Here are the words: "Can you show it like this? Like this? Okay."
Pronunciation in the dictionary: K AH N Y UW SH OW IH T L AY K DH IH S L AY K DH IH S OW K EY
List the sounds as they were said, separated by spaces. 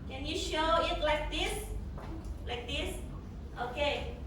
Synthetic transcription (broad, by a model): K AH N Y UW SH OW IH T L AY K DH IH S L AY K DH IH S OW K EY